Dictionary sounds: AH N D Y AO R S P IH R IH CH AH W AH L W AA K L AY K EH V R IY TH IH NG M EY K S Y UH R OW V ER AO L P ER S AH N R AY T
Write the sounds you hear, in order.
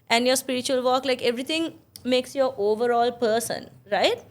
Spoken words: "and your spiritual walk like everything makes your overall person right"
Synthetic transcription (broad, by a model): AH N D Y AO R S P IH R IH CH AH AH L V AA K L AY K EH V R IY T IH NG M EY K S Y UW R OW V ER AO L P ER S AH N R AY T